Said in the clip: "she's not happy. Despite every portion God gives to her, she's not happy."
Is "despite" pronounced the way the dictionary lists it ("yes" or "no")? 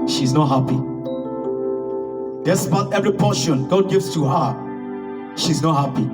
no